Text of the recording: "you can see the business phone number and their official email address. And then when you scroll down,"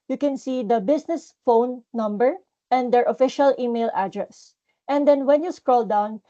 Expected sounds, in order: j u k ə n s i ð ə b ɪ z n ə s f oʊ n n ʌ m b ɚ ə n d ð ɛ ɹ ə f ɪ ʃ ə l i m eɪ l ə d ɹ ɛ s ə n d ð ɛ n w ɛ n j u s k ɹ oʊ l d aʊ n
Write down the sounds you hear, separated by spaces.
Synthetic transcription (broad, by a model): j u k ə n s i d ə b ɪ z n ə s f oʊ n n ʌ m b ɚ ə n d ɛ ɹ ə f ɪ ʃ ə l i m eɪ l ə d ɹ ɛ s ə n d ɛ n w ɛ n j u s k ɹ oʊ l d aʊ n